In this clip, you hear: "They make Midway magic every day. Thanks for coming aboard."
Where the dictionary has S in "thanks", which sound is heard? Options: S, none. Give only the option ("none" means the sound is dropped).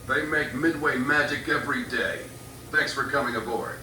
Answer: S